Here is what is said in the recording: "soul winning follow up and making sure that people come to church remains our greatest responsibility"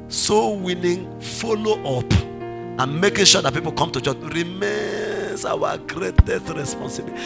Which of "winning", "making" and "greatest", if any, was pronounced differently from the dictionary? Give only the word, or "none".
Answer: winning